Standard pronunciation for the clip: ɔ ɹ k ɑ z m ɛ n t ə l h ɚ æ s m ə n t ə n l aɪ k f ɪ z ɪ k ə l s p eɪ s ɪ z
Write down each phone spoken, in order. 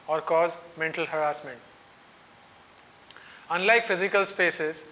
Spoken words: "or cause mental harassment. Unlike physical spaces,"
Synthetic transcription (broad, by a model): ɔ ɹ k ɑ z m ɛ n t ə l h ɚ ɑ s m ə n t ə n l aɪ k f ɪ z ɪ k ə l s p eɪ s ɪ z